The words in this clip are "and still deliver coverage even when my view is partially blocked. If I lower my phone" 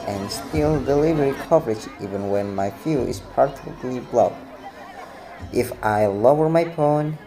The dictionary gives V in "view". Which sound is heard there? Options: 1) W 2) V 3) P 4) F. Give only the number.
4